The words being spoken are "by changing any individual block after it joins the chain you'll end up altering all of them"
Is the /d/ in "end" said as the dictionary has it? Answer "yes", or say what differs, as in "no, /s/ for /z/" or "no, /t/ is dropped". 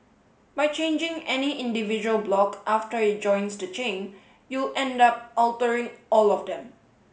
yes